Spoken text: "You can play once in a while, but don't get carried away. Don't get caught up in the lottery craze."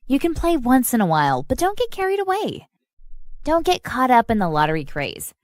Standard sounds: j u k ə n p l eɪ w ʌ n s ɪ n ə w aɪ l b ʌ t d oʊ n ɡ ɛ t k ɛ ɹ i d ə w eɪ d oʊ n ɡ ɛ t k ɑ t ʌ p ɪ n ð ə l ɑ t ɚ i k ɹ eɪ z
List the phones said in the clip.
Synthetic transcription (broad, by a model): j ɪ k ə n p l eɪ w ʌ n s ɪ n ə w aɪ l b ʌ t d oʊ n ɡ ɛ t k ɛ ɹ i d ə w eɪ d oʊ n ɡ ɛ t k ɑ t ʌ p ɪ n ð ə l ɑ t ɚ i k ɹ eɪ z